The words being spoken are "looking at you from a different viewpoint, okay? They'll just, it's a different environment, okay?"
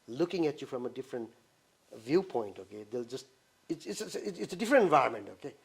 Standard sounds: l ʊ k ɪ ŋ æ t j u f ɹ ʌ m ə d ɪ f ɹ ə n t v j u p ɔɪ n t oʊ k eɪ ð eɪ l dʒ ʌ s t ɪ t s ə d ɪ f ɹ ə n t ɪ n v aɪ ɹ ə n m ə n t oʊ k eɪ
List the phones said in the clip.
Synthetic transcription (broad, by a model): l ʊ k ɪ ŋ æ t j u f ɹ ʌ m ə d ɪ f ɹ ə n t v j u p ɔɪ n t oʊ k eɪ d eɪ l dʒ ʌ s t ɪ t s ə d ɪ f ɹ ə n t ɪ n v aɪ ə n m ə n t oʊ k eɪ